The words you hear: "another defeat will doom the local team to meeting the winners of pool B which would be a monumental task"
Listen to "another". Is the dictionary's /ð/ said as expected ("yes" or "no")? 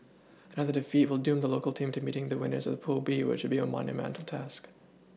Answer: yes